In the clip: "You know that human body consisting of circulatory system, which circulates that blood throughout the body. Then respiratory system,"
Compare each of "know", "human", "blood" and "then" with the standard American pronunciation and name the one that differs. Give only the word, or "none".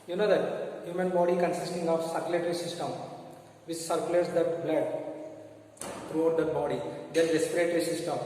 then